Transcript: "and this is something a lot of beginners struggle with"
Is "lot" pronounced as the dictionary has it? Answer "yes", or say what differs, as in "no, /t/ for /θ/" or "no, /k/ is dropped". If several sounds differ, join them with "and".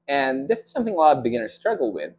no, /t/ is dropped